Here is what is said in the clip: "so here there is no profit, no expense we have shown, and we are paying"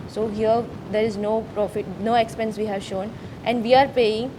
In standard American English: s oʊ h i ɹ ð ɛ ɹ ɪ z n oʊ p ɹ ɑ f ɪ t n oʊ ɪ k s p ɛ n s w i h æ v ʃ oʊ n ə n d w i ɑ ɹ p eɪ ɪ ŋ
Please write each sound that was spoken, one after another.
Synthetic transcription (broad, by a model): s oʊ h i ɹ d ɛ ɹ ɪ z n oʊ p ɹ ɑ f ɪ t n oʊ ɪ k s p ɛ n s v i h æ v ʃ oʊ n ə n d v i ɑ ɹ p eɪ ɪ ŋ